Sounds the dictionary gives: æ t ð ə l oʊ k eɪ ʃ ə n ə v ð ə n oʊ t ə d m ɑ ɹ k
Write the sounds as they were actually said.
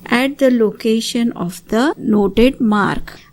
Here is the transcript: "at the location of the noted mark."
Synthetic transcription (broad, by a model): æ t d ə l oʊ k eɪ ʃ ə n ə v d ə n oʊ t ə d m ɑ ɹ k